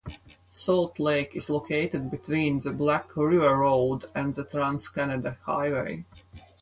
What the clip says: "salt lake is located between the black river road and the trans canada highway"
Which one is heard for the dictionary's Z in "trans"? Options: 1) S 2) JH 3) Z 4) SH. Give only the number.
1